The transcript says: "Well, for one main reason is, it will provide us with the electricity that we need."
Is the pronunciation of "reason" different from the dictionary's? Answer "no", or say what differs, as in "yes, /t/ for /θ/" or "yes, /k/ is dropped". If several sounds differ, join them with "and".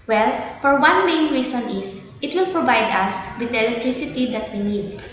yes, /s/ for /z/